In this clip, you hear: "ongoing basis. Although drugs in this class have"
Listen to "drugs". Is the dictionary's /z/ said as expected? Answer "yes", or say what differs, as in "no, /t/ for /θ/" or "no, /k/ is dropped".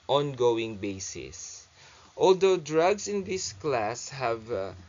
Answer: no, /s/ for /z/